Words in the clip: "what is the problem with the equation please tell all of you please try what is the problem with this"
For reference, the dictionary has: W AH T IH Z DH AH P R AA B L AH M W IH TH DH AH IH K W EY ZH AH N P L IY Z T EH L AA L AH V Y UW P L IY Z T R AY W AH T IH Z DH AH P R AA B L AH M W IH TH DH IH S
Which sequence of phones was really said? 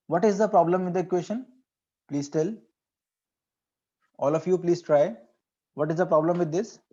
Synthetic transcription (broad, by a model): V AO T IH Z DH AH P R AA B L AH M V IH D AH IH K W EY SH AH N P L IY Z T EH L AA L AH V Y UW P L IY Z T R AY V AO T IH Z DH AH P R AA B L AH M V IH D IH S